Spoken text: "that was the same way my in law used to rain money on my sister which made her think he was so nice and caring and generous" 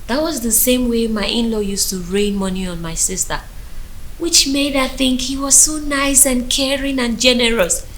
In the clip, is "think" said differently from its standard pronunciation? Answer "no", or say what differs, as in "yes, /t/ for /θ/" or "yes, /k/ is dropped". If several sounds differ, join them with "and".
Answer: no